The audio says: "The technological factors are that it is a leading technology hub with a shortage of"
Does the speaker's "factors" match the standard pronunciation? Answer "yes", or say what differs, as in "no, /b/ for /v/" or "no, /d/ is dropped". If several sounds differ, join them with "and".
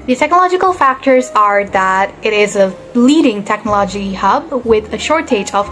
yes